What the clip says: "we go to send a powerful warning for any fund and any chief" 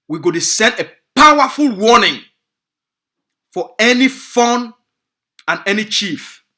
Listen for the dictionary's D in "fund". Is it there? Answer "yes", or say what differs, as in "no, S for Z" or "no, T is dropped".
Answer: no, D is dropped